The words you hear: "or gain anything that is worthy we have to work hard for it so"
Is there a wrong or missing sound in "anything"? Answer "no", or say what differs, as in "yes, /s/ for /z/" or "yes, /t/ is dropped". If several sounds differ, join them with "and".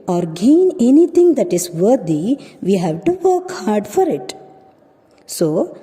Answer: yes, /t/ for /θ/